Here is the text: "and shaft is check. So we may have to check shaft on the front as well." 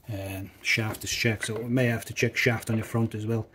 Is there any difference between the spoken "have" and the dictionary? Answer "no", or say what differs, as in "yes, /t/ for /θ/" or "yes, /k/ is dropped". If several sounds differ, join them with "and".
yes, /f/ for /v/